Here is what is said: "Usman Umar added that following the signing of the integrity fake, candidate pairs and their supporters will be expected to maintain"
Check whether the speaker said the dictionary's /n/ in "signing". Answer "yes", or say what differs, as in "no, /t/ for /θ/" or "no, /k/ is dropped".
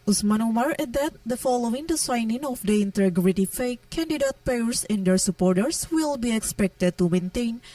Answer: yes